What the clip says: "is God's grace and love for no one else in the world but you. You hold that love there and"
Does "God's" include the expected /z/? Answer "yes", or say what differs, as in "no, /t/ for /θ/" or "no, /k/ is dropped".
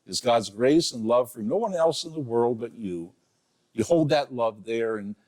yes